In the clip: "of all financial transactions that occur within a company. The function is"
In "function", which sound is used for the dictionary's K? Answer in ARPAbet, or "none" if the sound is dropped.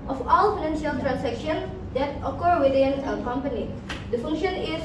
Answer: K